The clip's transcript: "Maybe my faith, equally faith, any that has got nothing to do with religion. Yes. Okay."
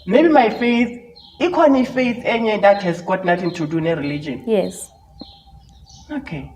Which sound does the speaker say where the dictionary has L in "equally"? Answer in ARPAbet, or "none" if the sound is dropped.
N